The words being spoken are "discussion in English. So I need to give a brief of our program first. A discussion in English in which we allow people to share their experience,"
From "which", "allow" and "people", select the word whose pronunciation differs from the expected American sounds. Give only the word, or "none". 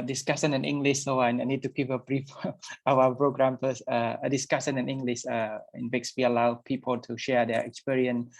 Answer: which